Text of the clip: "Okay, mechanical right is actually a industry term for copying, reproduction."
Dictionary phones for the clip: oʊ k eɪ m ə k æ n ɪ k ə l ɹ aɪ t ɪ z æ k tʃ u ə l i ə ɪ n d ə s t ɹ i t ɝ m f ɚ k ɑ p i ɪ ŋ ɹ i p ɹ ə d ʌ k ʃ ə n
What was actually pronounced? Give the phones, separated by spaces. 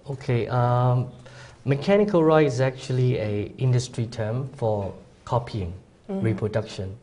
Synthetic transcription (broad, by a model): oʊ k eɪ m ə k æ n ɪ k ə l ɹ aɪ ɪ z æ k tʃ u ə l i ə ɪ n d ə s t ɹ i t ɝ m f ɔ k ɑ p i ɪ ŋ ɹ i p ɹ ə d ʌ k ʃ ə n